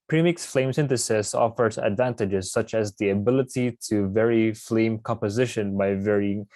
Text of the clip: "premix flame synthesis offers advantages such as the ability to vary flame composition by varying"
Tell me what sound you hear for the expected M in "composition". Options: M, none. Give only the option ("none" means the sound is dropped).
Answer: M